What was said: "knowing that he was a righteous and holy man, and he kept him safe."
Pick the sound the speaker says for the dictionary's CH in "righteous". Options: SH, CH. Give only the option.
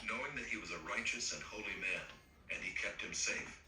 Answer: CH